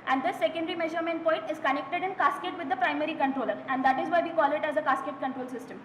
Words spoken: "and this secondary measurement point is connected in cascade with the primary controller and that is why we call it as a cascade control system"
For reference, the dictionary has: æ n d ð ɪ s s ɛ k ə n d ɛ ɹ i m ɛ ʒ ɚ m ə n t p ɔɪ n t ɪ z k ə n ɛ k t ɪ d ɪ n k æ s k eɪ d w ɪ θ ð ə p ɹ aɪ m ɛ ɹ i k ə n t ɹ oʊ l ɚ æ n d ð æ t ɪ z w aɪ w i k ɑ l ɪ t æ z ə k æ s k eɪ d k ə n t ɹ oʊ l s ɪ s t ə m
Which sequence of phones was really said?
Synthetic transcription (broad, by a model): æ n d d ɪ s s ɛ k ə n d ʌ ɹ i m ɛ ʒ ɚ m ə n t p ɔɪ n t ɪ z k ə n ɛ k t ɪ d ɪ n k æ s k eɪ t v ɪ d ə p ɹ aɪ m ɛ ɹ i k ə n t ɹ oʊ l ɚ æ n d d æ t ɪ z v aɪ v i k ɑ l ɪ t æ z ə k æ s k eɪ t k ə n t ɹ oʊ l s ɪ s t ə m